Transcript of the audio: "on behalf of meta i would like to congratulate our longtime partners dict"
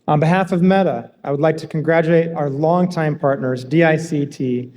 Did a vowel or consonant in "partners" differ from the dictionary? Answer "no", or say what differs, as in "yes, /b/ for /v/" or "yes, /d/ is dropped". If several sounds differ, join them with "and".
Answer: no